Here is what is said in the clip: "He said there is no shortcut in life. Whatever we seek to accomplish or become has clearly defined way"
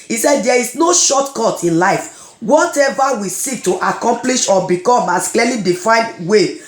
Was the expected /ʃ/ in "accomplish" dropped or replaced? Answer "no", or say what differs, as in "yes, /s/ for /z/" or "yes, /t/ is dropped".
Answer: no